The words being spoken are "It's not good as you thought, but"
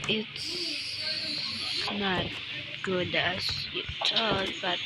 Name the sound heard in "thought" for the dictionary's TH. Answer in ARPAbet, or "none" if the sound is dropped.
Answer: T